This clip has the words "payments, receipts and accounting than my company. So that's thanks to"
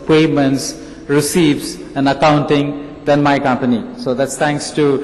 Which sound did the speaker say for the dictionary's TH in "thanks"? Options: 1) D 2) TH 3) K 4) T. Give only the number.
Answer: 4